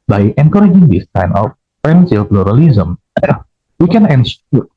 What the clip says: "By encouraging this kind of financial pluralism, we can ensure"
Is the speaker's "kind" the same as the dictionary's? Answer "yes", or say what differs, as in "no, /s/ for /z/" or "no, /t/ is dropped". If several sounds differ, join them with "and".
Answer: no, /d/ is dropped